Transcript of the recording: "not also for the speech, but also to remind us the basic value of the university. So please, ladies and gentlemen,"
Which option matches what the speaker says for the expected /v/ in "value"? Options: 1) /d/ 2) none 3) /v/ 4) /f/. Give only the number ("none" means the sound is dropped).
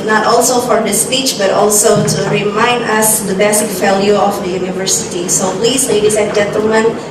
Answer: 4